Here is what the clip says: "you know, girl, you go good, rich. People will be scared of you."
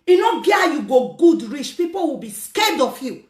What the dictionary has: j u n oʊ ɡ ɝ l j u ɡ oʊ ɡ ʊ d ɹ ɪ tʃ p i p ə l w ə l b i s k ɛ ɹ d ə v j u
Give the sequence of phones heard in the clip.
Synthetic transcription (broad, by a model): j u n oʊ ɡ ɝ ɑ j u ɡ oʊ ɡ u d ɹ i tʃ p i p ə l w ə b i s k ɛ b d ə f j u